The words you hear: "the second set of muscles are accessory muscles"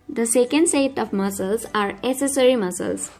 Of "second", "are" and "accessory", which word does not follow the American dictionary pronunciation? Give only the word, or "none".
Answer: accessory